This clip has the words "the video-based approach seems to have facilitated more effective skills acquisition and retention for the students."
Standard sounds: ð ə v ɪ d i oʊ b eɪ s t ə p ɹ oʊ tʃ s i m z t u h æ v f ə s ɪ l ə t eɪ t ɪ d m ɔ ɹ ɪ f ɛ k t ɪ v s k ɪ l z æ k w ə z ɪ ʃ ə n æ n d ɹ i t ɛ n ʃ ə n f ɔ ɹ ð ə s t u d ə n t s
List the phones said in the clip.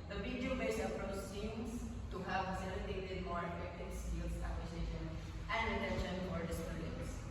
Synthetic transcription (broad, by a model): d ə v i d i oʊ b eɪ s ə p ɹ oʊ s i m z t u h æ v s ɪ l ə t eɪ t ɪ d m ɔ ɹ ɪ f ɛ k t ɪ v s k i l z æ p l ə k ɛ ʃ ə n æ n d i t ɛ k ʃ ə n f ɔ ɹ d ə s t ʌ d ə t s